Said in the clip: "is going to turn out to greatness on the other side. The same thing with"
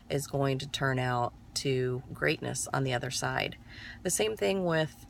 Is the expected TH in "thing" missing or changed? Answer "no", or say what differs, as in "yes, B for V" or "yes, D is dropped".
no